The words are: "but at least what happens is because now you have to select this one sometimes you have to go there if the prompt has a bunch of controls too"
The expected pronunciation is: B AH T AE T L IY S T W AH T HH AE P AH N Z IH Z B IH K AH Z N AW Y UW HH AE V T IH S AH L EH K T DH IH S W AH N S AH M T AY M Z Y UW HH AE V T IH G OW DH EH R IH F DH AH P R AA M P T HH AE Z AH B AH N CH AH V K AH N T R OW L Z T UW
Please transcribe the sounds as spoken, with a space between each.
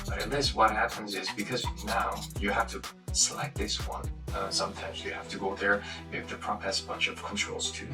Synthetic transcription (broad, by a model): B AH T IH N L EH S W AH T HH AE P AH N Z IH Z B IH K AH Z N AW Y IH HH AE F T IH S AH L EH K T DH IH S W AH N S AH M T AY M Z Y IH HH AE F T IH G OW DH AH R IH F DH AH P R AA P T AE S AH B AH N CH AH V K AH N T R OW L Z T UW